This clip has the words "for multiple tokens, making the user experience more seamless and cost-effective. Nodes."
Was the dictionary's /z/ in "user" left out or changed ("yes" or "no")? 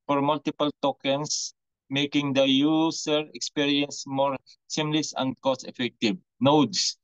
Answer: yes